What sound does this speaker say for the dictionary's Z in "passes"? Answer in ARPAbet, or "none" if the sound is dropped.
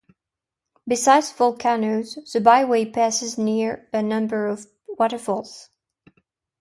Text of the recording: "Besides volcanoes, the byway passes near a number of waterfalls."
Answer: Z